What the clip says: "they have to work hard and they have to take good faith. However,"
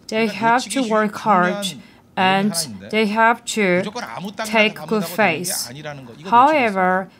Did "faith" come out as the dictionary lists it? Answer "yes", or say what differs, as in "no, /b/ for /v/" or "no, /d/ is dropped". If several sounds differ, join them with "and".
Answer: no, /s/ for /θ/